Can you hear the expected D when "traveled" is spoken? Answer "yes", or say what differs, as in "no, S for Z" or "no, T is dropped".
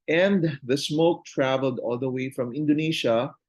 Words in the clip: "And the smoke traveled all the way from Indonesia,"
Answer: yes